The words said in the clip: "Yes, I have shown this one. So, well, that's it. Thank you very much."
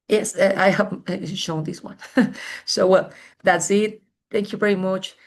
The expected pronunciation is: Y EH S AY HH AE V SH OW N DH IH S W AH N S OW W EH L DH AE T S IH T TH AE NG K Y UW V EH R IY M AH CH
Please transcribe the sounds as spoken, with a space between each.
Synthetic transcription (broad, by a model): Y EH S AY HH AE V SH OW N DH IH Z W AH N S OW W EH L DH AE T S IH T TH AE NG K Y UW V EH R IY M AH CH